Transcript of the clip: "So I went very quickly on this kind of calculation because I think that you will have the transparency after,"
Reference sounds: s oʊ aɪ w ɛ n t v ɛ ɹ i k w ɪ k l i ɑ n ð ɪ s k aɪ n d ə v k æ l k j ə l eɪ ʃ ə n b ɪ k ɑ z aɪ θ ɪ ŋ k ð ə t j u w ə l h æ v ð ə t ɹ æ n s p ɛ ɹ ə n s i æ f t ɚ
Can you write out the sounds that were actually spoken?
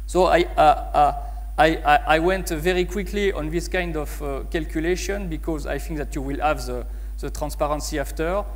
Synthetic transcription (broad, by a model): s oʊ aɪ w ɛ n t v ɛ ɹ i k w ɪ k l i ɑ n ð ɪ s k aɪ n d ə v k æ l k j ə l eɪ ʃ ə n b ɪ k ɑ z aɪ θ ɪ ŋ k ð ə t j u w ə l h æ v ð ə t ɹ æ n s p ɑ ɹ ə n s i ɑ f t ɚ